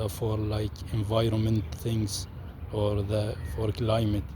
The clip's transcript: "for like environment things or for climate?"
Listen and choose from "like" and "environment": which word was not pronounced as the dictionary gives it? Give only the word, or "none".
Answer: none